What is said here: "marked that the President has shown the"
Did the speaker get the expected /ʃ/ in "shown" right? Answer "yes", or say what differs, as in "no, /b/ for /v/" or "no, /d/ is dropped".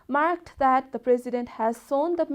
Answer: no, /s/ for /ʃ/